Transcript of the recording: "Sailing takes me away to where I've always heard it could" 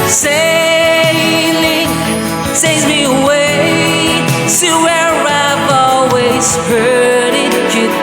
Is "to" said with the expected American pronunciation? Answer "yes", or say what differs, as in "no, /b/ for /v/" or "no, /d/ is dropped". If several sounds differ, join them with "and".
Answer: no, /s/ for /t/